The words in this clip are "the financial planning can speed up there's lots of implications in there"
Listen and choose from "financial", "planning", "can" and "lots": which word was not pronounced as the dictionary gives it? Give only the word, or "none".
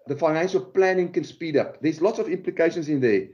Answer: none